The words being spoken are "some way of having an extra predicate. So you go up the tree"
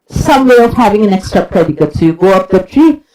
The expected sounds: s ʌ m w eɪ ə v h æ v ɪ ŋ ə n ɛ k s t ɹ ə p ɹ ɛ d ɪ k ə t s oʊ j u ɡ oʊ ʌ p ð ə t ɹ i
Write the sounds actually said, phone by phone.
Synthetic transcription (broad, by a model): s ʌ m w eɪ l h æ v ɪ ŋ ə n ɛ k s t ɹ ə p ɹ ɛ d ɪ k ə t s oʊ j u ɡ oʊ ʌ p ð ə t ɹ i